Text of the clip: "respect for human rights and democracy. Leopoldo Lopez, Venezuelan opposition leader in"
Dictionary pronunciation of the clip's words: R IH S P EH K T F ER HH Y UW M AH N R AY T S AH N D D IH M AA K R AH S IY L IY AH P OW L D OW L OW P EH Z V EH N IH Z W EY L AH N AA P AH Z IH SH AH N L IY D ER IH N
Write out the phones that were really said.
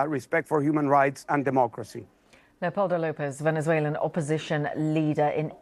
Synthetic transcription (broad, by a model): R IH S P EH K T F ER HH Y UW M AH N R AY T S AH N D D IH M AA K R AH S IY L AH P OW L D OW L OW P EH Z V EH N IH Z W EY L AH N AA P AH Z IH SH AH N L IY D ER IH N